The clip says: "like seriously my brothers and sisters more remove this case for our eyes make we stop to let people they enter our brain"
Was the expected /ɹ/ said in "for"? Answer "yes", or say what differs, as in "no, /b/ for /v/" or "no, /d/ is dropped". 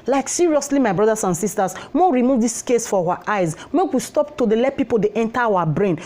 no, /w/ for /ɹ/